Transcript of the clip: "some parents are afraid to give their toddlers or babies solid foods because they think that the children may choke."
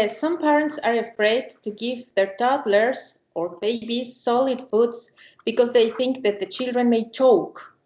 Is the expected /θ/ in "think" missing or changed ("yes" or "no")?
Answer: no